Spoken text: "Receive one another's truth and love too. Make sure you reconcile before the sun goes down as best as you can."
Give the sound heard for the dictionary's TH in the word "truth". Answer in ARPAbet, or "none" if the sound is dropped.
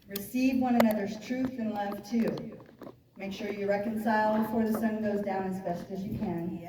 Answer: TH